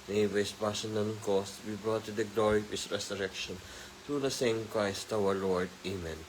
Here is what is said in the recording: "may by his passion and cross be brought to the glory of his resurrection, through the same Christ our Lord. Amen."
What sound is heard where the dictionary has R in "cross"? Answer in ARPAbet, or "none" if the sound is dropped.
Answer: none